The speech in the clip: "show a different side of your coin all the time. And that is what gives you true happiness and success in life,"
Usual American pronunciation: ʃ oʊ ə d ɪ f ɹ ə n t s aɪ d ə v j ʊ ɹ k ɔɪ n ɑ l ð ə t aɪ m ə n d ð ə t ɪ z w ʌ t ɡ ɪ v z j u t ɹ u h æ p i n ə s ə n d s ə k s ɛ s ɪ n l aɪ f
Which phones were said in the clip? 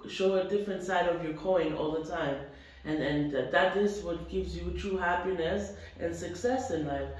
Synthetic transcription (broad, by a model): ʃ oʊ ə d ɪ f ɹ ə n t s aɪ d ə v j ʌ ɹ k ɔɪ n ɑ l ð ə t aɪ m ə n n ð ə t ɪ s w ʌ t ɡ ɪ v z j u t ɹ u h æ p i n ə s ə n s ə k s ɛ s ɪ n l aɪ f